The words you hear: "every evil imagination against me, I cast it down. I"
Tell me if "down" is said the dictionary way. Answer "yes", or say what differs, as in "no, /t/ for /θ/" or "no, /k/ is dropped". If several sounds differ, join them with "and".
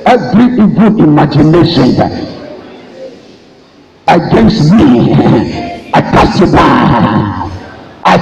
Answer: no, /n/ is dropped